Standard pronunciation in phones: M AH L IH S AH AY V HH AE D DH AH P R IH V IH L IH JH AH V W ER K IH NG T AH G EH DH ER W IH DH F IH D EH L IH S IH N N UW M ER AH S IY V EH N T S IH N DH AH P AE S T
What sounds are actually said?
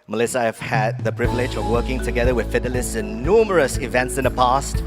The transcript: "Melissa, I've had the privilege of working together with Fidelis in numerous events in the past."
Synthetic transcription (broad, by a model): M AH L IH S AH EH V HH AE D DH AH P R IH V IH L IH JH AH V W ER K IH NG T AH G EH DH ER W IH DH F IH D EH L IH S IH N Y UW M ER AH S IY V EH N T S IH N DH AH P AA S T